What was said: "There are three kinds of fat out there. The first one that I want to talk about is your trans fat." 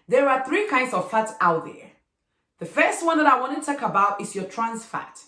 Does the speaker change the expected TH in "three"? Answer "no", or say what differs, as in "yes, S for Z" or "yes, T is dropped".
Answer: no